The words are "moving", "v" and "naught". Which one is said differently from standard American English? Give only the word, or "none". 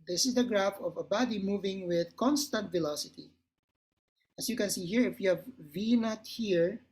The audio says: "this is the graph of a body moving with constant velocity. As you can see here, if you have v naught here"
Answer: none